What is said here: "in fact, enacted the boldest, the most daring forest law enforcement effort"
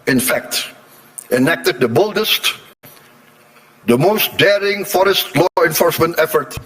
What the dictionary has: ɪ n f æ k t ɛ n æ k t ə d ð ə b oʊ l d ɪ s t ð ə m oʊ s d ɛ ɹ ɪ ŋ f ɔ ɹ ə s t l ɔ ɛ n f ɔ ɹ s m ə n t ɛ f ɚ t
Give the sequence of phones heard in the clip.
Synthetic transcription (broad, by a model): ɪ n f æ k t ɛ n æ k t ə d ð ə b oʊ l d ɪ s t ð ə m oʊ s d ɛ ɹ ɪ ŋ f ɔ ɹ ə s t l ɔ ɛ n f ɔ ɹ s m ə n t ɛ f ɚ t